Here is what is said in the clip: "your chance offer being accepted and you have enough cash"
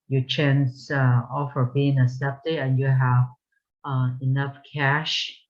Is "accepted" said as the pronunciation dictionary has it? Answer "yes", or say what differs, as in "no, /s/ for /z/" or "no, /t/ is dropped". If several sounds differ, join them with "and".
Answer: no, /k/ is dropped